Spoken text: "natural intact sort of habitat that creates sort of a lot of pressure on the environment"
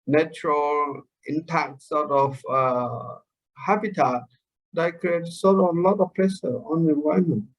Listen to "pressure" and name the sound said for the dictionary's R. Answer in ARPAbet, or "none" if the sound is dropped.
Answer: L